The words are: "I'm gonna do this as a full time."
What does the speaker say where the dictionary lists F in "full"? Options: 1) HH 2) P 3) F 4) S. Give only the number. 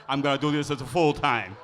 3